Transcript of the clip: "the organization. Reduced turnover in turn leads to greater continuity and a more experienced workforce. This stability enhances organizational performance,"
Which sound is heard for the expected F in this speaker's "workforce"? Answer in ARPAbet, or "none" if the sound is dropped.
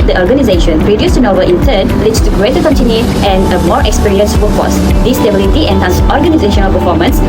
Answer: none